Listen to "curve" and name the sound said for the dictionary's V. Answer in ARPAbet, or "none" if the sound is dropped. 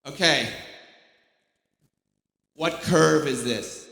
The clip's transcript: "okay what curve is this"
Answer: V